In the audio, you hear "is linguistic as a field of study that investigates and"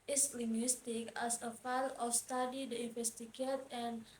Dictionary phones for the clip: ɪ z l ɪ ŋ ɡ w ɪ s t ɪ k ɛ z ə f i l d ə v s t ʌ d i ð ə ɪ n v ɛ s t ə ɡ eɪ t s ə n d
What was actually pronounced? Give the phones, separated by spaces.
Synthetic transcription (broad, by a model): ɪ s l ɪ ŋ ɡ w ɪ s t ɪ k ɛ s ə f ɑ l ə f s t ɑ d i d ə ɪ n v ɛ s t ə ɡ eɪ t ə n